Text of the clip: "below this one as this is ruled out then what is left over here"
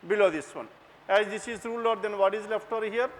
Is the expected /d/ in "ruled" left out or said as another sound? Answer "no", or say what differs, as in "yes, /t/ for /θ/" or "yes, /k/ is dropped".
yes, /d/ is dropped